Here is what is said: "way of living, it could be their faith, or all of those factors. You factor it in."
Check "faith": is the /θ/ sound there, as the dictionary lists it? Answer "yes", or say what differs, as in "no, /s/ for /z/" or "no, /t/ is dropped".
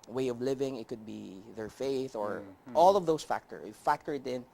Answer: yes